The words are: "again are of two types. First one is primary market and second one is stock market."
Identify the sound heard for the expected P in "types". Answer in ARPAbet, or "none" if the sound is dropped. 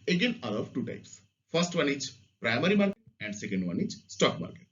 P